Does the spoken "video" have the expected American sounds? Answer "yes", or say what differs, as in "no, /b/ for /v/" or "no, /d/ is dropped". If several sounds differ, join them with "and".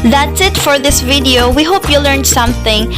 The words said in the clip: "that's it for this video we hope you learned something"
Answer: yes